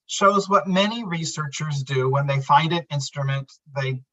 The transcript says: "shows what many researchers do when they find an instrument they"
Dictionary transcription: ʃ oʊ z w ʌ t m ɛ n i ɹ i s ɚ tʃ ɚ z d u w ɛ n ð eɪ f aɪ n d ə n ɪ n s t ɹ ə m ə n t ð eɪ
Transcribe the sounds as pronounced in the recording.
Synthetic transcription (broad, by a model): ʃ oʊ z w ʌ t m ɛ n i ɹ i s ɚ tʃ ɚ z d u w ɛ n ð eɪ f aɪ n d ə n ɪ n s t ɹ ə m ə n t ð eɪ